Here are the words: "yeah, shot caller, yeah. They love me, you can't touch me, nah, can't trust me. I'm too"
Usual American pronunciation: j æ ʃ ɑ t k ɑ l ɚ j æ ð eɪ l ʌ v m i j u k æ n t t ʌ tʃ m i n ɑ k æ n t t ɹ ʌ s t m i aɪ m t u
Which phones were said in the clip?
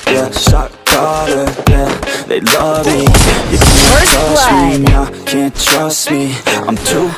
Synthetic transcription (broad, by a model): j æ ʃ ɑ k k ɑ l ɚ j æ ð eɪ l ʌ v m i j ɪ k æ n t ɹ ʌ s m i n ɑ k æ n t t ɹ ʌ s t m i aɪ m t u